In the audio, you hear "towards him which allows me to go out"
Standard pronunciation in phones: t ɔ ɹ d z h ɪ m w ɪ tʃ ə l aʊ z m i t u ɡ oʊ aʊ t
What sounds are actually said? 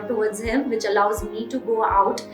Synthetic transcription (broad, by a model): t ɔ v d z h ɪ m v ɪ tʃ ə l aʊ z m i t u ɡ oʊ aʊ t